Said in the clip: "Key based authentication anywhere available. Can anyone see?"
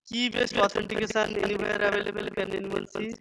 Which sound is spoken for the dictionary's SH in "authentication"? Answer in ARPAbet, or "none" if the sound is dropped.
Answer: S